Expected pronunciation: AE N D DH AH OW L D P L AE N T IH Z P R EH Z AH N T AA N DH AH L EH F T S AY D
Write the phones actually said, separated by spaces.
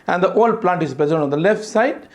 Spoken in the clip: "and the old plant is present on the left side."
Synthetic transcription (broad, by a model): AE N D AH OW L D P L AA N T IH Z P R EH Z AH L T AA N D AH L EH F T S AY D